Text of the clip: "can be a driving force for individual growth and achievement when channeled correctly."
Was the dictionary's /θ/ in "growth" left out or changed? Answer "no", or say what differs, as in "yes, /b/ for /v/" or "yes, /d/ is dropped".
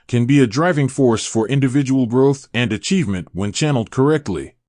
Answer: no